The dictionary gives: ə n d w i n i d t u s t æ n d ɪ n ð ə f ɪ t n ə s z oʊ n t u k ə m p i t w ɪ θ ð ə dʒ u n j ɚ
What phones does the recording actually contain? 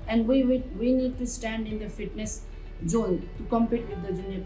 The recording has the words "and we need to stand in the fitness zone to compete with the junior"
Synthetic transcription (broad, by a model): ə n d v i n i d t u s t æ n d ɪ n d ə f ɪ t n ə s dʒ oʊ l t u k ə m p i t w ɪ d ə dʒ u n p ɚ